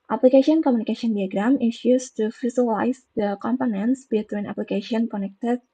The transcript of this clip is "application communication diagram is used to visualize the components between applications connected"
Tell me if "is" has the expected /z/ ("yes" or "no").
no